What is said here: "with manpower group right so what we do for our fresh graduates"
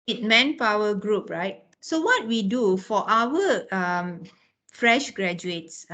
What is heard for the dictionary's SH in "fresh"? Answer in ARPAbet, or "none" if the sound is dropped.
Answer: SH